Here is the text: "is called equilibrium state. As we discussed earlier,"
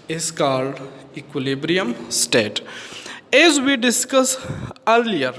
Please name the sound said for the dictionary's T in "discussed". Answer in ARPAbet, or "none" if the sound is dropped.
none